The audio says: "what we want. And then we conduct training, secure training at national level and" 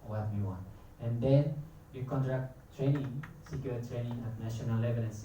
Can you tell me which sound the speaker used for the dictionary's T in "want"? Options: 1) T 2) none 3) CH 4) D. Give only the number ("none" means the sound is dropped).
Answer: 2